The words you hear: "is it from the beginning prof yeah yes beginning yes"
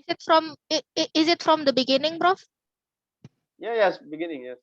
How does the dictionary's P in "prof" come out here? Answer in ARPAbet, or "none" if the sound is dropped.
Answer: B